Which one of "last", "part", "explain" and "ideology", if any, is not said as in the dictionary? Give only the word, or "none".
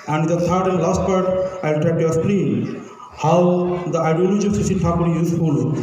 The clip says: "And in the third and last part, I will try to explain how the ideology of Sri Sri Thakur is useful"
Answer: explain